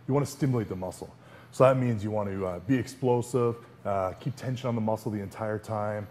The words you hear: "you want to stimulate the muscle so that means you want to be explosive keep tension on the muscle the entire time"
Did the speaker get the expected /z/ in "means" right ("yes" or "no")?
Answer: yes